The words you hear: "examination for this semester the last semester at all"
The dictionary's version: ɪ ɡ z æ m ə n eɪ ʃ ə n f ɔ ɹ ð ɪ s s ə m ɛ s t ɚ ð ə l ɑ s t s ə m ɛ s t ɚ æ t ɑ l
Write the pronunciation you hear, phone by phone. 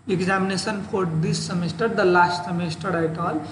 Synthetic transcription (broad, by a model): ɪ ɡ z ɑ m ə n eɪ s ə n p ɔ ɹ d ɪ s s ə m ɛ s t ɚ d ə l ɑ s t s ə m ɛ s t ɚ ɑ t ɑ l